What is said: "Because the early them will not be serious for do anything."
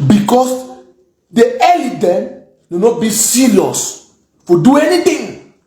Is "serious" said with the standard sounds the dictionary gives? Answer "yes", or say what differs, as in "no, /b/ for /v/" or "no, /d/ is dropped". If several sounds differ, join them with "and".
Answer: no, /l/ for /ɹ/